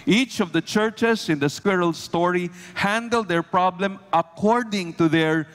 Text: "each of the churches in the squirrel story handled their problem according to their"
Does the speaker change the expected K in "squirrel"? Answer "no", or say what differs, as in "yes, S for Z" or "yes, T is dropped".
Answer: no